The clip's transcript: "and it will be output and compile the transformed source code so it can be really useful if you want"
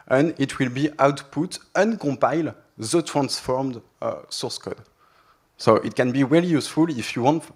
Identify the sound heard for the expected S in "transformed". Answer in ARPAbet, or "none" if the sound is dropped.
S